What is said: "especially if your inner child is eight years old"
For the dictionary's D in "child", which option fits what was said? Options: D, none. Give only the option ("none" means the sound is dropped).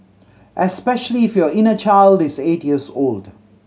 D